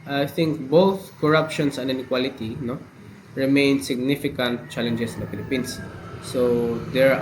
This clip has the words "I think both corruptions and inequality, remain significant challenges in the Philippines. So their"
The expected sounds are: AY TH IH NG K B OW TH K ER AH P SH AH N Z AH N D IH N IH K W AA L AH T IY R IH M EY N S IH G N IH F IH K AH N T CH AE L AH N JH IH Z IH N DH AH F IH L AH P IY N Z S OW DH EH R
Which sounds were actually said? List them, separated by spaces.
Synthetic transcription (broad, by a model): AY TH IH NG K B OW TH K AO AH P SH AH N S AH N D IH N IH K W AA L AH T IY R IH M EY N S IH G N IH F IH K AH N T CH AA L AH N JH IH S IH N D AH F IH L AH P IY N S S OW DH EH R